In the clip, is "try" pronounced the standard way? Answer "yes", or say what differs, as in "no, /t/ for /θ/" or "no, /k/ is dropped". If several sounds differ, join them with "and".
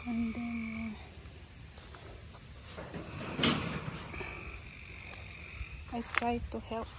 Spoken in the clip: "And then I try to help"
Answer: no, /ɹ/ is dropped